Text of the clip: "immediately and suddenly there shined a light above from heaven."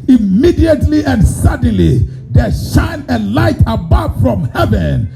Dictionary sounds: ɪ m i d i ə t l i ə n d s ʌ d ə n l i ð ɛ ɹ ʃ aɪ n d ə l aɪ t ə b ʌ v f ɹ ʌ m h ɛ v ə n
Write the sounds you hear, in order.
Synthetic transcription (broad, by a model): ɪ m i d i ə t l i ə n d s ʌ d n l i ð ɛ ʃ aɪ n ə l aɪ t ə b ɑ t f ɹ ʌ m h ɛ v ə n